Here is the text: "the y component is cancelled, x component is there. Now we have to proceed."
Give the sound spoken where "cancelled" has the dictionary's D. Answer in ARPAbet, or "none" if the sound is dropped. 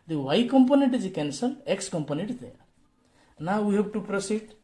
none